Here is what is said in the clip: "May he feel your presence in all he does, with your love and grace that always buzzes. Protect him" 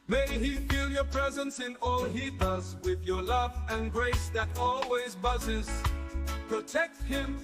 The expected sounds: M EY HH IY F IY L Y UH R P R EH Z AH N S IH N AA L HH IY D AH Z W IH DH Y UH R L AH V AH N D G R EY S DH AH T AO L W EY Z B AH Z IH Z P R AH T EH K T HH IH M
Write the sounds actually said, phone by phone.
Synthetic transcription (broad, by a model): M EY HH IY F IY L Y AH R P R EH Z AH N S IH N AA L HH IY D AH Z W IH DH Y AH R L AH V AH N G R EY S DH AH T AO L W EY Z B AH Z IH Z P R AH T EH K T HH IH M